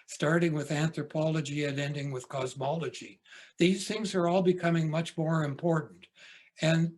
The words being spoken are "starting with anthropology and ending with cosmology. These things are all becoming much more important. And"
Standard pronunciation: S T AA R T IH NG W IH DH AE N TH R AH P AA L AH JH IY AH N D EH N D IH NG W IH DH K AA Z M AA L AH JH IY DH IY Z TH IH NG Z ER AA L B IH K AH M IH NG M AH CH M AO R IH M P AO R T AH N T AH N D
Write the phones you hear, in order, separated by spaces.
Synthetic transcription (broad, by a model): S T AA R T IH NG W IH DH AE N TH R AH P AA L AH JH IY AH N EH N D IH NG W IH DH K AA Z M AA L AH JH IY DH IY Z TH IH NG Z ER AA L B IH K AH M IH NG M AH CH M AO R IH M P AO R T N T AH N